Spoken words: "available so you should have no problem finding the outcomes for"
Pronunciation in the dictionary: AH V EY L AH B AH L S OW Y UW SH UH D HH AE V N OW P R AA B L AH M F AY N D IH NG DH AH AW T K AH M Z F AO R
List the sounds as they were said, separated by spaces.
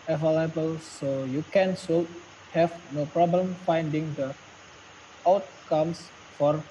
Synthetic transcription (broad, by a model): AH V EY L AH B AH L S OW Y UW S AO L HH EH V N OW P R AA B L AH M F AY N D IH NG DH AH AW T K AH M S F AO R